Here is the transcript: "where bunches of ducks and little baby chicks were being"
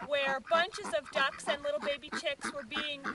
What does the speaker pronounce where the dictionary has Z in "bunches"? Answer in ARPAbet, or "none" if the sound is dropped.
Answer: Z